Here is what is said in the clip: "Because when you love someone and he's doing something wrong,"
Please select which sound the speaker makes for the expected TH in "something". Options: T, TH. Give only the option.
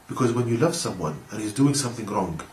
TH